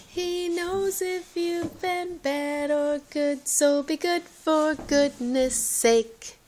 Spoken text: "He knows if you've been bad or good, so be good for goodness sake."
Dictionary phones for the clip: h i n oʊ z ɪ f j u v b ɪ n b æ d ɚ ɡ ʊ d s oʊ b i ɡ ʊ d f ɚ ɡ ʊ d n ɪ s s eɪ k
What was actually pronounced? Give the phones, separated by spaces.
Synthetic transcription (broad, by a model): h i n oʊ z ɪ f j u v b ɪ n b æ d ɚ ɡ ʊ d s oʊ b i ɡ ʊ d f ɚ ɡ ʊ d n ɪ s s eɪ k